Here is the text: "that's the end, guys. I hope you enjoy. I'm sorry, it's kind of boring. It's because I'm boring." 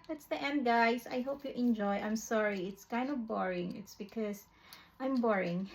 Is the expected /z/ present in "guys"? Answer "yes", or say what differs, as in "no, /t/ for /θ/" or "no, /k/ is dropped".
no, /s/ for /z/